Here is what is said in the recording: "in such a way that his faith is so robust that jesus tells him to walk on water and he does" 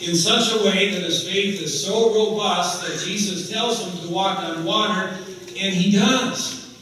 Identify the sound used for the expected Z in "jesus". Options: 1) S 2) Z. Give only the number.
2